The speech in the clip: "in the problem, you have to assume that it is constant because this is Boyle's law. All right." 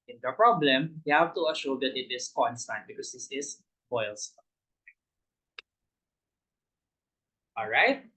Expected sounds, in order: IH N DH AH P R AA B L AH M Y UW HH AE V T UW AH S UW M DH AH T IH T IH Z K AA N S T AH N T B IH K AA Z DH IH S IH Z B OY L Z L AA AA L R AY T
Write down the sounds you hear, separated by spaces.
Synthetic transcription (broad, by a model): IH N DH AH P R AA B L AH M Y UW HH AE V T UW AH SH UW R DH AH T IH T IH S K AA N S T AH N T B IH K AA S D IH S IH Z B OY L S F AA AA L R AY T